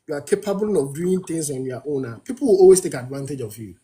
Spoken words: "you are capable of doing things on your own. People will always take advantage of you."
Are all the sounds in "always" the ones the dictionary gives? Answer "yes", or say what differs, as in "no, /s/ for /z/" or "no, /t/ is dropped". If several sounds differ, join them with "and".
no, /s/ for /z/